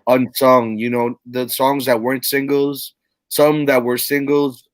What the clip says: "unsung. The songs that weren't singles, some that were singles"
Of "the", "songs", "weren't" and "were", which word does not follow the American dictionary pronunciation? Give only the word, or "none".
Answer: none